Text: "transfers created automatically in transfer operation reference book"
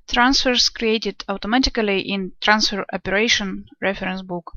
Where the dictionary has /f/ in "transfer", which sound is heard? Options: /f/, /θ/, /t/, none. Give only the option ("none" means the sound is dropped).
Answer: /f/